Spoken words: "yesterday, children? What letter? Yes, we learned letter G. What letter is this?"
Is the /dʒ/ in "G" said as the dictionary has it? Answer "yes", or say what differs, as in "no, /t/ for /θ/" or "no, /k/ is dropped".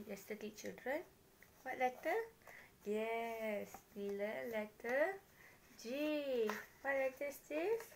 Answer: yes